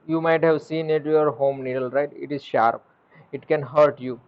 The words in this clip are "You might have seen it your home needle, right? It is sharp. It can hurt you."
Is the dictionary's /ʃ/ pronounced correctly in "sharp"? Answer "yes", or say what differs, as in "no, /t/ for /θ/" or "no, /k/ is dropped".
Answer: yes